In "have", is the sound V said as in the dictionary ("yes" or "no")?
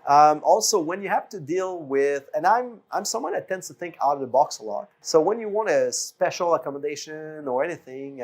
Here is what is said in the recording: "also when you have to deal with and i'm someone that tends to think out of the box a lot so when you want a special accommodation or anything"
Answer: no